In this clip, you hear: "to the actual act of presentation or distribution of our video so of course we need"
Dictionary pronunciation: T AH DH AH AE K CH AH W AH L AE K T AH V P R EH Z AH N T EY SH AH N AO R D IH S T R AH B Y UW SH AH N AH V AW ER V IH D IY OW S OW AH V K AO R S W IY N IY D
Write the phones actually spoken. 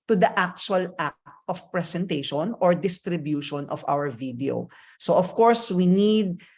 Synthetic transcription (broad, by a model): T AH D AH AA K CH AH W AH L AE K T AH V P R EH S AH N T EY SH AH N AO R D IH S T R AH B Y UW SH AH N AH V AW ER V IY D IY OW S OW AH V K AO R S W IY N IY D